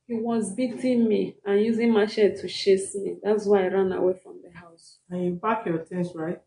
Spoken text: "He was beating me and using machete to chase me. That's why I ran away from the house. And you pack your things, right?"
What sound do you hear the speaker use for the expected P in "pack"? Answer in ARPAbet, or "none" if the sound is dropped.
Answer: B